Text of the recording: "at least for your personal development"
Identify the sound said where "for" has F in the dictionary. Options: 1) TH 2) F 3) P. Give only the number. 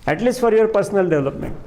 2